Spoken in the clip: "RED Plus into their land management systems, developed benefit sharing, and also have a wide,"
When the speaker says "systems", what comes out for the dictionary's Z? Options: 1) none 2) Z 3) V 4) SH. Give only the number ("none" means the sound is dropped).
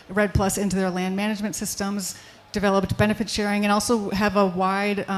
2